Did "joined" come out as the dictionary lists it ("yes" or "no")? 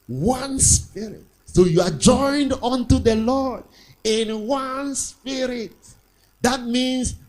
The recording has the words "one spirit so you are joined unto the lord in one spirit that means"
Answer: yes